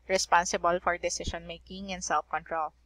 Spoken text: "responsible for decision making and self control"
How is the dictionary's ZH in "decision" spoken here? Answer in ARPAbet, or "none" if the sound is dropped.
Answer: SH